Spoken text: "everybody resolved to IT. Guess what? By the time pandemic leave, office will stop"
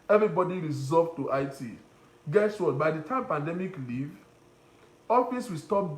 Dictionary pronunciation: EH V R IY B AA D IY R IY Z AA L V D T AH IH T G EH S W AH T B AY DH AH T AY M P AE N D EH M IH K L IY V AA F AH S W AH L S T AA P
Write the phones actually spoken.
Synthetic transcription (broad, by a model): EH V R IY B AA D IY R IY Z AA V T T AH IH T G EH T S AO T B AY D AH T AY M P AE N D EH M IH K L IY V AA F AH S W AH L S T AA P